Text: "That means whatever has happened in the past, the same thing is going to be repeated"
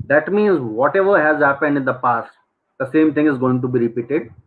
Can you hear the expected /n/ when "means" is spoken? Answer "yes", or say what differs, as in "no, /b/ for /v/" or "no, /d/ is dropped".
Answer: yes